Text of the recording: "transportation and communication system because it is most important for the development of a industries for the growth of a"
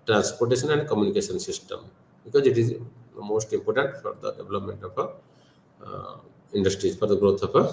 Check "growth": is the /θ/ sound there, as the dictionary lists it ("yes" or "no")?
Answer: no